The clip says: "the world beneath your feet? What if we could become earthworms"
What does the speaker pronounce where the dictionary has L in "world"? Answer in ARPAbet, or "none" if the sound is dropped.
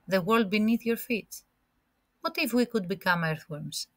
L